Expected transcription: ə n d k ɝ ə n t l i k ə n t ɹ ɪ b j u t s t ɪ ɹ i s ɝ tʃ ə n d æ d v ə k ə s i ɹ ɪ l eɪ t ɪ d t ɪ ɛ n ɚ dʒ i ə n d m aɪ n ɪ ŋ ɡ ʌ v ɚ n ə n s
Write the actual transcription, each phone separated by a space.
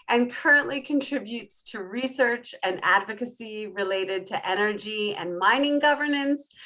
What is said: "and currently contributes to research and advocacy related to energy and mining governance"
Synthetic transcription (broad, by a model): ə n k ɝ ə n t l i k ə n t ɹ ɪ b j u t s t ɪ ɹ i s ɝ tʃ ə n æ d v ə k ə s i ɹ ɪ l eɪ t ɪ d t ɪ ɛ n ɚ dʒ i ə n m aɪ n ɪ ŋ ɡ ʌ v ɚ n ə n s